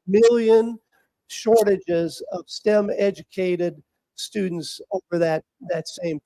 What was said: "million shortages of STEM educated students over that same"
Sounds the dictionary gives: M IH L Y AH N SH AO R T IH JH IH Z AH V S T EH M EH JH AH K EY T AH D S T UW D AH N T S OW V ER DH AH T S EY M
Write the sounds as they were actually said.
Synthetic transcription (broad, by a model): M IH L Y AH N SH AO R T IH JH IH Z AH V S T EH M EH JH AH K EY T AH D S T UW D N T S OW V ER DH AH T S EY M